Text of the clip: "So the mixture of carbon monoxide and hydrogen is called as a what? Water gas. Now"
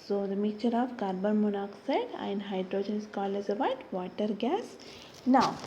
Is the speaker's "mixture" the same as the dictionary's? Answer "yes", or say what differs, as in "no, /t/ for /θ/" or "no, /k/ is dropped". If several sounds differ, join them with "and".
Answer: no, /s/ is dropped